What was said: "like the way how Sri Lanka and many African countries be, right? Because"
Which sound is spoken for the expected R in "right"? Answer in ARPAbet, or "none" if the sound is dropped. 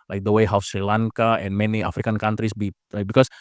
L